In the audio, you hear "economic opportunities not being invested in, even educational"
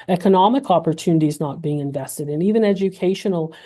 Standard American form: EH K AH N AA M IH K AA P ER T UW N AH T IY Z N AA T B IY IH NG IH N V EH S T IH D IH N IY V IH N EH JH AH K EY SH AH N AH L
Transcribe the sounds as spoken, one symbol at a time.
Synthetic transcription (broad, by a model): EH K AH N AA M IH K AA P ER T UW N AH T IY Z N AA T B IY IH NG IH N V EH S T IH D IH N IY V IH N EH JH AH K EY SH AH N L